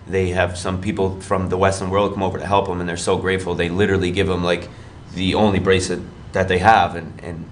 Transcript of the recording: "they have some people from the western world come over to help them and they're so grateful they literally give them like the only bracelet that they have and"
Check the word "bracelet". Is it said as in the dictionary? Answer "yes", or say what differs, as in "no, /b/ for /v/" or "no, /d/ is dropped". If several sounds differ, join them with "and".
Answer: no, /l/ is dropped